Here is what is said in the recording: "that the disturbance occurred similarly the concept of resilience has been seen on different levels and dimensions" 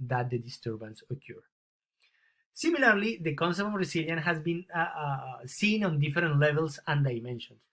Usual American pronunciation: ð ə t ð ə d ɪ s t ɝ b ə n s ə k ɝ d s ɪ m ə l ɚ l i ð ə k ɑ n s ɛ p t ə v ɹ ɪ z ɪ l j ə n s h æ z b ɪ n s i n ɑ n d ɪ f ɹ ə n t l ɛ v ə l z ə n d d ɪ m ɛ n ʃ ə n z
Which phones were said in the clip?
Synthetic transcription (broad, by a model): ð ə t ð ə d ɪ s t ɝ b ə n s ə k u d s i m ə l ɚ l i ð ə k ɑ n s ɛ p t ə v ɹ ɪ s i l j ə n h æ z b ɪ n s i n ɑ n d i f ɹ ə n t l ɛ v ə l s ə n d d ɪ m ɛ n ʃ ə n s